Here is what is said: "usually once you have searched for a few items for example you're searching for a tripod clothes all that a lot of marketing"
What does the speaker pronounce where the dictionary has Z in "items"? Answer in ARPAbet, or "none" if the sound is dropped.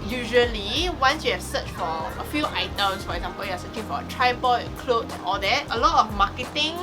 S